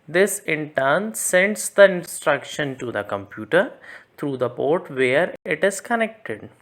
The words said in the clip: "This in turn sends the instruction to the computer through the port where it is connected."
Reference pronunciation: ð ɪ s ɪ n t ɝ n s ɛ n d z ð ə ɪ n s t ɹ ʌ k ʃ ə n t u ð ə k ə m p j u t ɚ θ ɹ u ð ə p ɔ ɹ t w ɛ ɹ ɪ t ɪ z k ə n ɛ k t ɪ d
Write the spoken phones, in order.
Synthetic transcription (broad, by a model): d ɪ s ɪ n t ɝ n s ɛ n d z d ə ɪ n s t ɹ ʌ k ʃ ə n t u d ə k ə m p j u t ɚ t ɹ u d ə p ɔ ɹ t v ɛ ɹ ɪ t ɪ z k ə n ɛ k t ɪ d